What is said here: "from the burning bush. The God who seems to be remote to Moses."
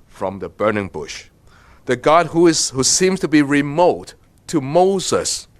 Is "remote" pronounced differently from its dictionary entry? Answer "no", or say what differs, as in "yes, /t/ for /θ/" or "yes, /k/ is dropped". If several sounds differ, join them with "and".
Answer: no